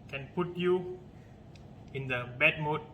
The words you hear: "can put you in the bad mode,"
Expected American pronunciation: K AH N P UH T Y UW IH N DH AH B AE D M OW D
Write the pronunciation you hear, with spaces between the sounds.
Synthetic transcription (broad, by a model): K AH N P UH T Y UW IH N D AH B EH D M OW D